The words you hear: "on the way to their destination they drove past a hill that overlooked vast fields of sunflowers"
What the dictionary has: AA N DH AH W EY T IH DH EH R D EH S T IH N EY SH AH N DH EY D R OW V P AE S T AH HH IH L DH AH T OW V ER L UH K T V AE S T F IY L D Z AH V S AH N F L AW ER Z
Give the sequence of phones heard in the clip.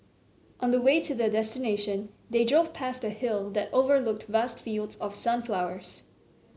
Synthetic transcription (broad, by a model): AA N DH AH W EY T IH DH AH D EH S T IH N EY SH AH N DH EY D R OW V P AE S T AH HH IH L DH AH T OW V ER L UH K T V AE S T F IY L D Z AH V S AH N F L AW ER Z